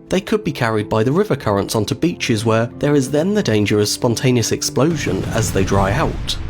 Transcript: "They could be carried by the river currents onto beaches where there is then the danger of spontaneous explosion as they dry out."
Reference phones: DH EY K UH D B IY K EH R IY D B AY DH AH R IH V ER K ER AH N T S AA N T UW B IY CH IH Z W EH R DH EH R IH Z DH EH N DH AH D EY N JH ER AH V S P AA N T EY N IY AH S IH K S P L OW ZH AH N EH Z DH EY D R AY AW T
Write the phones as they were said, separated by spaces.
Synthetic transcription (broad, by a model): DH EY K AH D B IY K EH R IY D B AY DH AH R IH V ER K ER AH N T S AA N T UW B IY CH IH Z W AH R DH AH R IH Z DH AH N DH AH D EY N JH ER AH V S P AA N T EY N IY AH S IH K S P L OW ZH AH N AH Z DH EY D R AY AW T